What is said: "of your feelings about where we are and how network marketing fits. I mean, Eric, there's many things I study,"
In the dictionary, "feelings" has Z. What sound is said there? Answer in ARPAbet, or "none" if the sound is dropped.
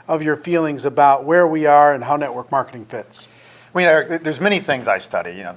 Z